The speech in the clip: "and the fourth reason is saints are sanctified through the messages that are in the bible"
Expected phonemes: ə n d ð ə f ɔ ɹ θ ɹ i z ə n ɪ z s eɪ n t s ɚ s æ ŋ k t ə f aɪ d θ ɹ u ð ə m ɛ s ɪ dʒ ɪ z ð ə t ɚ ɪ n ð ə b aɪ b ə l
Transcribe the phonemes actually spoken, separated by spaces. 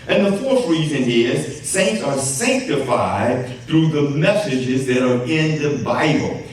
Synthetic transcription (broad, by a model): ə n ð ə f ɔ ɹ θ ɹ i z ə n ɪ z s eɪ n t s ɚ s æ ŋ k t ə f aɪ d θ ɹ u ð ə m ɛ s ɪ dʒ ɪ z ð ə t ɚ ɪ n ð ə b aɪ b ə l